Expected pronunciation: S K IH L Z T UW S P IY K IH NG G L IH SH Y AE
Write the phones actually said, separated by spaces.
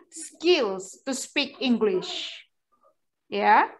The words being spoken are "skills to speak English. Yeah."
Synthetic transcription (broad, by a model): S K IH L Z T UW S P IY K IH NG G L IH SH Y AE